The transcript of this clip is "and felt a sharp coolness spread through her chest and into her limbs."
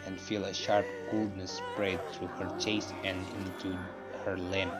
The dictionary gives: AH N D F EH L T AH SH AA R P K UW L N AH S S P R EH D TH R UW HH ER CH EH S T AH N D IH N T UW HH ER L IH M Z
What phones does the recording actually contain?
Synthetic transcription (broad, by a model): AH N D F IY L AH SH AA R P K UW L N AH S S P R EH D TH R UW HH ER CH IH S AH N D IH N T UW HH ER L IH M